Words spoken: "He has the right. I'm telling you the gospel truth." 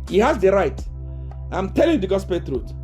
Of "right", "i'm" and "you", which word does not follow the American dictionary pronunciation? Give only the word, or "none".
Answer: none